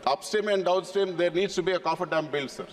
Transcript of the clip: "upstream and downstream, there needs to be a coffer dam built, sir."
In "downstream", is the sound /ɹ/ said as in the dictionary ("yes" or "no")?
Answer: no